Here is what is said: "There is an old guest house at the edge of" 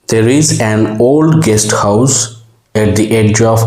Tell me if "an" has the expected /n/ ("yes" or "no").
yes